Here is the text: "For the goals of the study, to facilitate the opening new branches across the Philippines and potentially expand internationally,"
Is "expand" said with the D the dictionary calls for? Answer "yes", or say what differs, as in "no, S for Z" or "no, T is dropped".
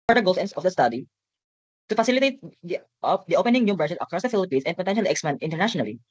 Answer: no, D is dropped